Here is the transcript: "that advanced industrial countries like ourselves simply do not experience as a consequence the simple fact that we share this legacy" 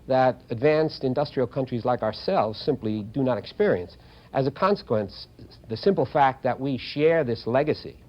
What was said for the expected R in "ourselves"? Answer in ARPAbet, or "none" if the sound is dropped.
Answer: R